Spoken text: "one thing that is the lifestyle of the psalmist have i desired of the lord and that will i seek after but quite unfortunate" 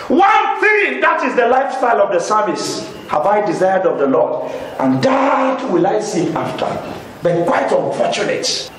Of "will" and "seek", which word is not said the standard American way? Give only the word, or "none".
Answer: seek